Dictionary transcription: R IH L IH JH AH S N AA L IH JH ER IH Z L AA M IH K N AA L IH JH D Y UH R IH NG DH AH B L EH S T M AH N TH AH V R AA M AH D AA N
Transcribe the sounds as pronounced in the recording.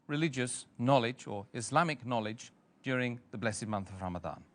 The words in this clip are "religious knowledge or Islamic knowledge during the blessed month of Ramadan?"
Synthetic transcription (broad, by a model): R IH L IH JH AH S N AA L IH JH ER IH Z L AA M IH K N AA L IH JH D Y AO R IH NG DH AH B L EH S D M AH N TH AH V R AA M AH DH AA N